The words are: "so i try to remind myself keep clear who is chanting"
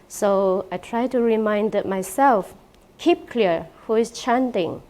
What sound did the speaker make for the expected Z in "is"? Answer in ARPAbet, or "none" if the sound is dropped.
S